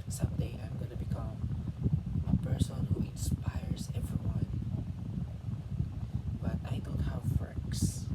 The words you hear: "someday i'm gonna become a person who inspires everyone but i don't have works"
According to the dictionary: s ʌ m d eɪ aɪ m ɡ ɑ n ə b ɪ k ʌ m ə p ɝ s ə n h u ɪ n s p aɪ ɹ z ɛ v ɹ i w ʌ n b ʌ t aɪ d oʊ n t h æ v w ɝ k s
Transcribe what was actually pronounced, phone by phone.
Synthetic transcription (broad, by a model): s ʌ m d eɪ aɪ m ɡ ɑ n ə b ɪ k ʌ m ə p ɝ s ə n h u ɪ n s p aɪ ɹ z ɛ v ɹ i w ʌ n b ʌ t aɪ d oʊ n t h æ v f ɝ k s